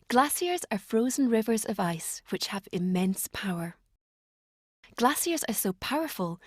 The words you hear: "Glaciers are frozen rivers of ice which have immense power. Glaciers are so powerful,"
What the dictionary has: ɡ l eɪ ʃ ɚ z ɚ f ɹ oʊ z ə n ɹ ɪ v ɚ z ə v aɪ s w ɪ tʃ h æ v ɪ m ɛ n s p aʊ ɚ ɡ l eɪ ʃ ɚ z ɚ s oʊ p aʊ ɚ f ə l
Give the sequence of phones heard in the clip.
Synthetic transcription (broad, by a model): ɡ l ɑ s ɚ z ɚ f ɹ oʊ z ə n ɹ ɪ v ɚ z ə v aɪ s w ɪ tʃ h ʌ v ɪ m ɛ n s p aʊ ɚ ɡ l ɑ s ɚ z ɚ s oʊ p aʊ ɚ f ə l